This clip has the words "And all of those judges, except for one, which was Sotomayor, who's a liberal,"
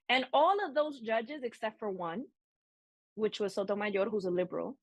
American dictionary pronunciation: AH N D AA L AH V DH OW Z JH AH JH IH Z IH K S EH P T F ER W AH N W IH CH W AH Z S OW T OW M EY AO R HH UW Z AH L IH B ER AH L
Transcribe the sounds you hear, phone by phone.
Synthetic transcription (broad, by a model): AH N AA L AH V DH OW Z JH AH JH IH Z IH K S EH P T F ER W AH N W IH CH W AH Z S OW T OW M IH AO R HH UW Z AH L IH B ER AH L